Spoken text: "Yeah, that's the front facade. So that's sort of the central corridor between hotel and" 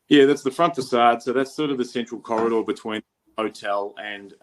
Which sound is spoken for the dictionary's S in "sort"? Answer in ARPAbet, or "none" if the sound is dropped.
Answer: S